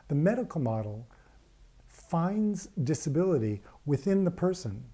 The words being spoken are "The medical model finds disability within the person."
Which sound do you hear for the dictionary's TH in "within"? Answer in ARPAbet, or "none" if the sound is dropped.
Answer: TH